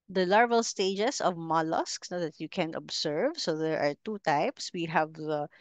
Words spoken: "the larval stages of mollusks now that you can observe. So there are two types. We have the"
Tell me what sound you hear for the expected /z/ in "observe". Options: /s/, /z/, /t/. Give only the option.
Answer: /s/